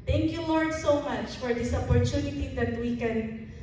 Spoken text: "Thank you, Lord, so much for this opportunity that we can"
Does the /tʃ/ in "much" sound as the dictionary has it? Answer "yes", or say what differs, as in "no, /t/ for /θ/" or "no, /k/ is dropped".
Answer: yes